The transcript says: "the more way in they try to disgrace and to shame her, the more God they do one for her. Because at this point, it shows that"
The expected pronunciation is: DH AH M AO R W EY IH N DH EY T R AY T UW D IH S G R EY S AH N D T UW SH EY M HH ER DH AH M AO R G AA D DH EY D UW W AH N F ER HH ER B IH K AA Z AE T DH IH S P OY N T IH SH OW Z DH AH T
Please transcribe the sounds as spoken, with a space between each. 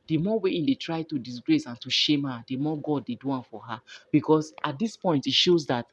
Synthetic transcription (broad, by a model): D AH M AO W EY IH N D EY T R AY T UW D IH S G R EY S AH N T UW SH EY M HH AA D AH M AO G AA D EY D UW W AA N F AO HH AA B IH K AA S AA T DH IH S P OY N T IH SH OW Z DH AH T